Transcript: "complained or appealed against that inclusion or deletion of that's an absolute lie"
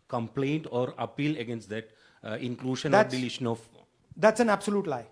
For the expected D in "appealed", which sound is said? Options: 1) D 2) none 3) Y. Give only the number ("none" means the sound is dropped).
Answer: 2